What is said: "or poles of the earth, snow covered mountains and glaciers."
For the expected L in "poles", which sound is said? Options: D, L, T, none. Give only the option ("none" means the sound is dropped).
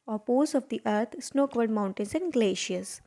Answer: none